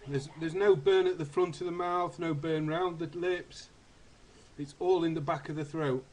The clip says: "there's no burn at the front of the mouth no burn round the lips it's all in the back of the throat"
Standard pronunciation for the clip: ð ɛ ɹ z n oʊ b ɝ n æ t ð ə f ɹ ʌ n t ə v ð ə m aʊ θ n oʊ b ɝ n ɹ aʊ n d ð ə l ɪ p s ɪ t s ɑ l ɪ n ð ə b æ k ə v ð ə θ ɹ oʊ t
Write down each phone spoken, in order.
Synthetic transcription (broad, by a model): ð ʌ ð z n oʊ b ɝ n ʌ t ð ə f ɹ ʌ n t ə v ð ə m aʊ θ n oʊ b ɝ n ɹ aʊ n ð ə l ɪ p s ɪ t s ɑ l ɪ n ð ə b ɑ k ə v ð ə θ ɹ oʊ t